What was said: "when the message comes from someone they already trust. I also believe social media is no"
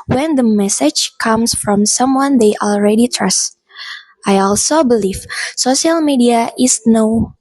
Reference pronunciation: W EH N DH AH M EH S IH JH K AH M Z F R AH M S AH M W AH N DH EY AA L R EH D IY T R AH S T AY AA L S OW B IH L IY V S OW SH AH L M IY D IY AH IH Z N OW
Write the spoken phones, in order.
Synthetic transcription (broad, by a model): W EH N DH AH M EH S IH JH K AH M S F R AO M S AH M W AH N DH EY AA L R EH D IY T R AH S T AY AA L S OW B IH L IY V S OW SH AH L M IY D IY AH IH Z N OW